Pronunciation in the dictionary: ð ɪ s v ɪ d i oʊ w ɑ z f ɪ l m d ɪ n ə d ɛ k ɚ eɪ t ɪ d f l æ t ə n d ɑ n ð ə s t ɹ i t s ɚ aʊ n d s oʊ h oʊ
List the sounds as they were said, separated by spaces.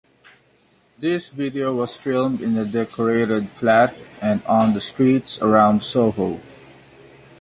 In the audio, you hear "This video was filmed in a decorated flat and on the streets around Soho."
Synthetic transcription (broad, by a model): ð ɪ s v ɪ d i oʊ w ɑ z f ɪ l m d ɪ n ə d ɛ k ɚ eɪ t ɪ d f l æ t ə n d ɑ n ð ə s t ɹ i t s ɚ aʊ n d s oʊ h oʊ